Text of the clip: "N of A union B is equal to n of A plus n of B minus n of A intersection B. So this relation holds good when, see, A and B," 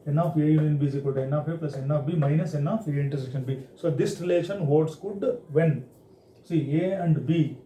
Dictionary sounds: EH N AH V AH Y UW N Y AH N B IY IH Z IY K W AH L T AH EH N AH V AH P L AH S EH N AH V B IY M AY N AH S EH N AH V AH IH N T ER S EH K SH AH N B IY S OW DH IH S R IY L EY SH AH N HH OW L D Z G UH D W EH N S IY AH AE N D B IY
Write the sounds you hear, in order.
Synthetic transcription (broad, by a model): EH N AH F AH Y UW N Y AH N B IY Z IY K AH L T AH EH N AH F AH P L AH S EH N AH F B IY M AY N AH S EH N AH F AH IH N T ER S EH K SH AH N B IY S OW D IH S R IY L EY SH AH N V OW D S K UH D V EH N S IY AH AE N D B IY